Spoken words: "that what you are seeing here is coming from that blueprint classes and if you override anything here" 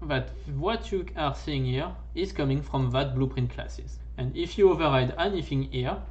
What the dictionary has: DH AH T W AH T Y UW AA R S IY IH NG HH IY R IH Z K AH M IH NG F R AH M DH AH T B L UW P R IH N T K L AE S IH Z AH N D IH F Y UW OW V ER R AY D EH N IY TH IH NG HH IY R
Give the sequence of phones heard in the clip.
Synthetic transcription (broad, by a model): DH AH T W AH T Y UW AA R S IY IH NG HH IY R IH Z K AH M IH NG F R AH M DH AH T B L UW P R IH N T K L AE S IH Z AH N D IH F Y UW OW V ER R AY D EH N IY TH IH NG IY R